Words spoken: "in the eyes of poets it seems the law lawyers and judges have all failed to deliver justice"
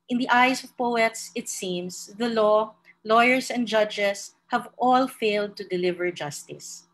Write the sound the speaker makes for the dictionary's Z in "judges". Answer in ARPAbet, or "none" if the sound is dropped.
S